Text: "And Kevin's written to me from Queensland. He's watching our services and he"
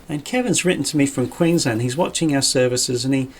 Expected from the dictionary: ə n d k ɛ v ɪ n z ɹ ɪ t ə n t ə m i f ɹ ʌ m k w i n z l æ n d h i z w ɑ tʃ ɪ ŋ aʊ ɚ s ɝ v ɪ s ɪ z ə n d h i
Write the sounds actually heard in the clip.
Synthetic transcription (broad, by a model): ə n k ɛ v ɪ n z ɹ ɪ t n t ə m i f ɹ ʌ m k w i n z ʌ n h i z w ɑ tʃ ɪ ŋ aʊ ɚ s ɝ v ɪ s ɪ z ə n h i